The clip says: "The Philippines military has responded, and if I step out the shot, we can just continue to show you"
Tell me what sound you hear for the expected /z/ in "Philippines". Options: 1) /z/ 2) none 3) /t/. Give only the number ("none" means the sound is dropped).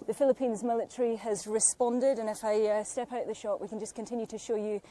1